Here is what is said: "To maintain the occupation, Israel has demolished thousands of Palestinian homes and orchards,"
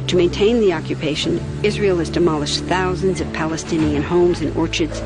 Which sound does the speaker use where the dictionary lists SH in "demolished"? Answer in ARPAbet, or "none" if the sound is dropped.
SH